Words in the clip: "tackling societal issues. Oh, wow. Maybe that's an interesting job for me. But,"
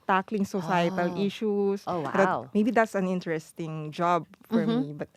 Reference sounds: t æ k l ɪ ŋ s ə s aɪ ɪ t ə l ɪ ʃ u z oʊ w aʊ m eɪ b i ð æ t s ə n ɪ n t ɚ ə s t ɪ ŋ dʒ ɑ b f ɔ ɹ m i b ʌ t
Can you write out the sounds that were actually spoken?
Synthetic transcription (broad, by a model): t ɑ k l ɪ ŋ s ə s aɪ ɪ t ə l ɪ ʃ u s oʊ w aʊ m eɪ b i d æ t s ə n ɪ n t ɚ ə s t ɪ ŋ dʒ ɑ b f ɔ ɹ m i b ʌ t